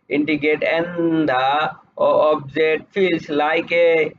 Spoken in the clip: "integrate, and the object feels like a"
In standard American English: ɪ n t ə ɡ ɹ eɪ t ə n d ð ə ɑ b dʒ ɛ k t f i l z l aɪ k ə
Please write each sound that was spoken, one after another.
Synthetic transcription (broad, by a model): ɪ n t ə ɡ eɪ t ə n d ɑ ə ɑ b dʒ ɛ t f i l s l aɪ k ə